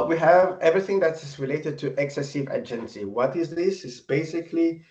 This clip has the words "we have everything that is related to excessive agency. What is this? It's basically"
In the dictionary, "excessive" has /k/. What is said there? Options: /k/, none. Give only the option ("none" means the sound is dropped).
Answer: /k/